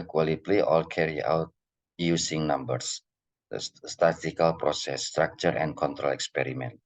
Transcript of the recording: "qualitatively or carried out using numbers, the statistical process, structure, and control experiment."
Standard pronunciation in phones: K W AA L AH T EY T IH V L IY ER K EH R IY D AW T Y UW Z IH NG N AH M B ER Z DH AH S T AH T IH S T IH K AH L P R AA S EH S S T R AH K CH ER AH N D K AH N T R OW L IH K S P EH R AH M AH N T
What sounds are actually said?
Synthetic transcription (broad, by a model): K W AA L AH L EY T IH L K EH R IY AW T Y UW S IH NG N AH M B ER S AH S T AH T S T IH K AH L P R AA S EH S S T R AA K CH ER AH N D K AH N T R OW L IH K S P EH R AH M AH N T